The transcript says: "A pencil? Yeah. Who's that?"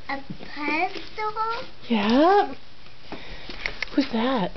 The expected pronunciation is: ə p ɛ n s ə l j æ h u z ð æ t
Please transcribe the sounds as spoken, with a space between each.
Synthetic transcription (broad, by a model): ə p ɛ s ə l j æ h u z ð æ t